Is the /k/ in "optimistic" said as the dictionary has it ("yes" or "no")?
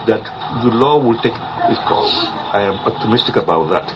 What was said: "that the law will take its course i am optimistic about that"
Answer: yes